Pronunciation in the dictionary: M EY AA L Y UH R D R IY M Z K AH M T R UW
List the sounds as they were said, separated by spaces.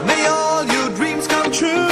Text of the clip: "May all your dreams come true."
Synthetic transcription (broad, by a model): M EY AA L Y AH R D R IY M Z K AH M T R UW